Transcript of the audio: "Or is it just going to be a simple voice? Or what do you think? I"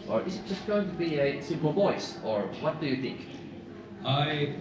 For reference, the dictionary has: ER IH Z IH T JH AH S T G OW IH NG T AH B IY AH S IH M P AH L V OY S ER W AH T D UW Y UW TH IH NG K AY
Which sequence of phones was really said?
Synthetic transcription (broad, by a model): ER IH Z IH T ZH AH S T G OW IH NG T AH B IY AH S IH M P L V OY S ER W AH T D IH Y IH TH IH NG K AY